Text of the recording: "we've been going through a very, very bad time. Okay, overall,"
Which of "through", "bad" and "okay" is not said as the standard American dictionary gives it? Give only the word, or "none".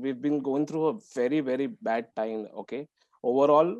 through